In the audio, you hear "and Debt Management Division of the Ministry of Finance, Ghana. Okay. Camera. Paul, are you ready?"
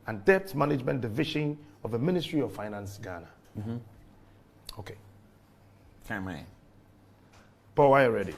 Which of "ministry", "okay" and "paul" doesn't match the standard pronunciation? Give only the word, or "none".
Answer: paul